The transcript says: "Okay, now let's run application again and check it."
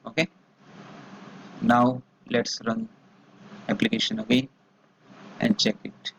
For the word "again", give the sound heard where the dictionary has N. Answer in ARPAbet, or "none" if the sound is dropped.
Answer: none